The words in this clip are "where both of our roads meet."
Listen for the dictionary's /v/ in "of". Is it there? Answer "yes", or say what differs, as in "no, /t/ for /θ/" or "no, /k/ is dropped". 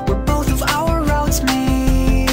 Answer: yes